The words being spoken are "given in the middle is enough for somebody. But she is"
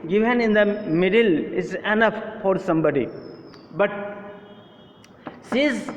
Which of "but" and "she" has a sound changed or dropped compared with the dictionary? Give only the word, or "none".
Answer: she